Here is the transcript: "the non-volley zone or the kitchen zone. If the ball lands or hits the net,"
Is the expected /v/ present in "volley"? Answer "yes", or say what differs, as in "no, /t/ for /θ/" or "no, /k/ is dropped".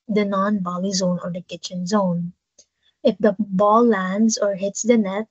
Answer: no, /b/ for /v/